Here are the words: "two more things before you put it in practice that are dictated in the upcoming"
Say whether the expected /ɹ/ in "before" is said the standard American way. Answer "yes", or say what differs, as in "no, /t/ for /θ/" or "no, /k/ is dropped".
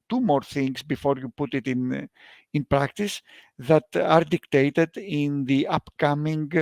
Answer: yes